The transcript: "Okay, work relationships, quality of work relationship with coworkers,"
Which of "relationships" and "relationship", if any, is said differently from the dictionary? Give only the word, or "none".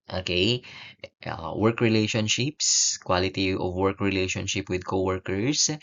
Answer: none